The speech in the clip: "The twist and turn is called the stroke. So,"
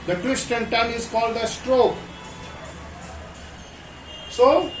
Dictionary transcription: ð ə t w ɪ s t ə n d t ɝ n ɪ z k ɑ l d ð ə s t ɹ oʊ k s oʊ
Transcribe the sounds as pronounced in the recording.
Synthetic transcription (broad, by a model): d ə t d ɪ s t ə n t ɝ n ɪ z k ɑ l d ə s t ɹ oʊ k s oʊ